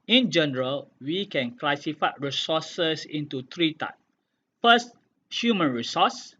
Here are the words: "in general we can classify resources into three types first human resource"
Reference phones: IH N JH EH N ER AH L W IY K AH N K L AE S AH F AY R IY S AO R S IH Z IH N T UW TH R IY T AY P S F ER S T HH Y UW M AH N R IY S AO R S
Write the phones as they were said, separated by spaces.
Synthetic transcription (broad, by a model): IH N JH EH N ER AH L W IY K AH N K L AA S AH F AY R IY S AO S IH S IH N T UW T R IY T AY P F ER S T HH Y UW M AH N R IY S AO S